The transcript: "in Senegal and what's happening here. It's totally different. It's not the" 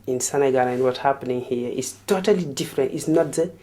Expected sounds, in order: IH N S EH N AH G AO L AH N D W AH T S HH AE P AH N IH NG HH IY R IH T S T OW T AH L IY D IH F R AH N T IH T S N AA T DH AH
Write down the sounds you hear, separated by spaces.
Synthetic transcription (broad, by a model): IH N S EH N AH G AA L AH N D W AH T HH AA P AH N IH NG HH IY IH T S T OW T AH L IY D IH F R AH N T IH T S N AA T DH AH